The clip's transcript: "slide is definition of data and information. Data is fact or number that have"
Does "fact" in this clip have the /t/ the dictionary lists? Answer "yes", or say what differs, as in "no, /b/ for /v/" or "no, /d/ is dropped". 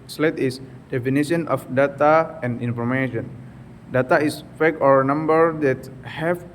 no, /t/ is dropped